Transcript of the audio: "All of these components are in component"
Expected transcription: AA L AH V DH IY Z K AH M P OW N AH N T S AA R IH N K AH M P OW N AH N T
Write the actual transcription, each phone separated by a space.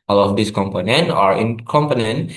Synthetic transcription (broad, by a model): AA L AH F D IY S K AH M P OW N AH N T AA R IH N K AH M P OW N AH N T